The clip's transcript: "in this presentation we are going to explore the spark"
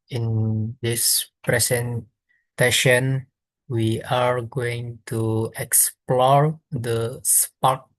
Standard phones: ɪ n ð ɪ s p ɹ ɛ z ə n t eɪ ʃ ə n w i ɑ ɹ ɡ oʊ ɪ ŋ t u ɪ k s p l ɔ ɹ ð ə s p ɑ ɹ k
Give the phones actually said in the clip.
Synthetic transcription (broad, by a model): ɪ n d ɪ s p ɹ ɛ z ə n t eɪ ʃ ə n w i ɑ ɹ ɡ oʊ ɪ ŋ t u ɪ k s p l ɔ ɹ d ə s p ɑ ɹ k